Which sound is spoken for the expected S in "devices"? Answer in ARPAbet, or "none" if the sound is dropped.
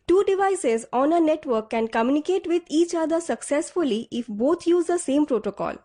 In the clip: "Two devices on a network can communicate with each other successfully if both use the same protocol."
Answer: S